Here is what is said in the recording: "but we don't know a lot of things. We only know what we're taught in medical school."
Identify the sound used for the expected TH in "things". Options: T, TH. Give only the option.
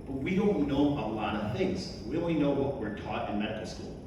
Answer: TH